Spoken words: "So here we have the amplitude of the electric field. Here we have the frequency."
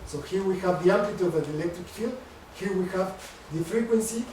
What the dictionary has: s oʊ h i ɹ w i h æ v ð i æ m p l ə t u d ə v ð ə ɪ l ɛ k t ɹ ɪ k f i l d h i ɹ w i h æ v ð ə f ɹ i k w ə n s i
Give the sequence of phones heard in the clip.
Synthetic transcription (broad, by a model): s oʊ h i ɹ w i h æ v ð i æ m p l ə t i ə v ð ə ɪ l ɛ k t ɹ ɪ k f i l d h i ɹ w i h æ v ð ə f ɹ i k w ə n s i